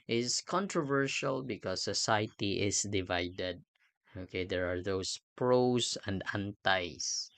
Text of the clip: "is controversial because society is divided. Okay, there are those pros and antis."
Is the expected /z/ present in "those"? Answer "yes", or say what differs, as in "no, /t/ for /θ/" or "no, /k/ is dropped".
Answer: no, /s/ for /z/